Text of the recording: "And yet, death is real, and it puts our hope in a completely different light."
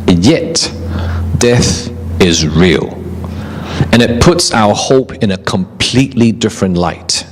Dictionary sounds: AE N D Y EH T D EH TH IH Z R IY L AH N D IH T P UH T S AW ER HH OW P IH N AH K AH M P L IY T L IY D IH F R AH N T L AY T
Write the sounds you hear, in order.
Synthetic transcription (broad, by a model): Y EH T D EH TH IH Z R IY L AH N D IH T P UH T S AW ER HH OW P IH N AH K AH M P L IY T L IY D IH F R AH N T L AY T